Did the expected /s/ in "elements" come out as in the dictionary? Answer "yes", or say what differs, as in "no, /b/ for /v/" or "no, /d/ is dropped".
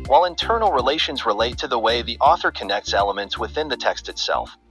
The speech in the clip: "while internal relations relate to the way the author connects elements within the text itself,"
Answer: yes